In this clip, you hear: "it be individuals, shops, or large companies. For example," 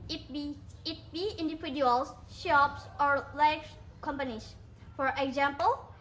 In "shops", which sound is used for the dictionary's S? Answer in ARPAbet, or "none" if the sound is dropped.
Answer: S